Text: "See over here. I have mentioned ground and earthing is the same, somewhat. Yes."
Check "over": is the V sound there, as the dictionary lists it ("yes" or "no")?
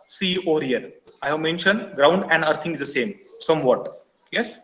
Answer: no